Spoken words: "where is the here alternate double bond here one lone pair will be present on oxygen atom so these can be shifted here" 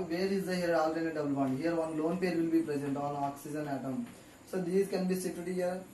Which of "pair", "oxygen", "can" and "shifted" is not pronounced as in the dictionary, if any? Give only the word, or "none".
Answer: shifted